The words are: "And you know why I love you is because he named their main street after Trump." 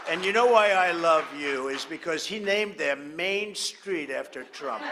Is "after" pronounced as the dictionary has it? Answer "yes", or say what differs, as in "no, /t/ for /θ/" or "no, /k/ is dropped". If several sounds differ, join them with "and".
yes